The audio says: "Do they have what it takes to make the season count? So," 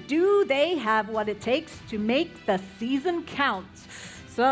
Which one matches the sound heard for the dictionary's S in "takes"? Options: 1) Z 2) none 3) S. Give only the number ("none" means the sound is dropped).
3